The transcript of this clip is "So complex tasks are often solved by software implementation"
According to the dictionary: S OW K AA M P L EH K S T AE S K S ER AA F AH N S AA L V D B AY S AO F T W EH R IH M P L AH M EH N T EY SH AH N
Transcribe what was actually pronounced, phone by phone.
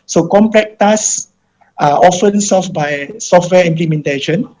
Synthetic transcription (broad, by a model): S OW K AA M P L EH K T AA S S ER AA F AH N S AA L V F B AY S AO F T W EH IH M P L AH M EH N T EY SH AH N